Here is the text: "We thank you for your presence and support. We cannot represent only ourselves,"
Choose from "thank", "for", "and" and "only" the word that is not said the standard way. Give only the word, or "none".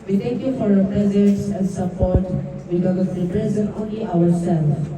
thank